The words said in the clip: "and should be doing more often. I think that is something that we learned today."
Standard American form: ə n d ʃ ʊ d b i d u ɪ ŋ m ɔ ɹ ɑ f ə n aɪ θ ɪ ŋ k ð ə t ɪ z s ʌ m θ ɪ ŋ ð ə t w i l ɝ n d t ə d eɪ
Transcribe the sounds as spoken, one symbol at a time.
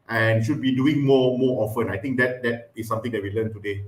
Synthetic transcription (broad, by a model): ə n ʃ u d b i d u ɪ ŋ m ɔ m ɑ f ə n aɪ t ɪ ŋ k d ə t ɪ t s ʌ m t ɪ ŋ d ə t w i l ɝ n t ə d eɪ